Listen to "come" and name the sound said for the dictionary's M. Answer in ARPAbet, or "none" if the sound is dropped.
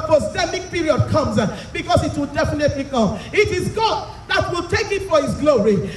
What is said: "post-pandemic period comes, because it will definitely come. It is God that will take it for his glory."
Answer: none